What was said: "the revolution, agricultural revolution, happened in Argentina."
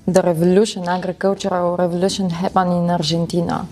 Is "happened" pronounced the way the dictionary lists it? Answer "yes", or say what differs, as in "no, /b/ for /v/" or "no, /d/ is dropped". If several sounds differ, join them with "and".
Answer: no, /d/ is dropped